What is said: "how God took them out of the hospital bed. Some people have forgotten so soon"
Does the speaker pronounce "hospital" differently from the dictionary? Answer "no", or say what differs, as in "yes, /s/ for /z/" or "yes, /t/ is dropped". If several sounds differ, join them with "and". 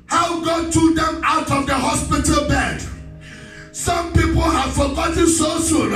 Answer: no